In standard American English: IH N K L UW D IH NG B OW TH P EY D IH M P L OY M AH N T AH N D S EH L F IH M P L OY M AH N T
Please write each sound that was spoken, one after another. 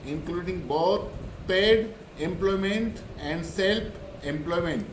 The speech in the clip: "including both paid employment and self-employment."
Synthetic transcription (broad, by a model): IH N K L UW D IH NG B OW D P EY D IH M P L OY M AH N T AH N D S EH L P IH M P L OY M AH N T